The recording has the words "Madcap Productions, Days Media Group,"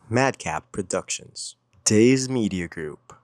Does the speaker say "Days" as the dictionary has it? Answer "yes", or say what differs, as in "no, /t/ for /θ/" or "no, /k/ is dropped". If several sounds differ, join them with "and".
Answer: yes